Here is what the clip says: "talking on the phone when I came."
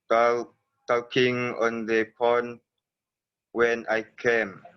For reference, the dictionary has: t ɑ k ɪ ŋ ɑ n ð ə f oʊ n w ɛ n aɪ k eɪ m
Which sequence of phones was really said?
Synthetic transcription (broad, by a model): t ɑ k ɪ ŋ ɑ n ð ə p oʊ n w ɛ n aɪ k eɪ m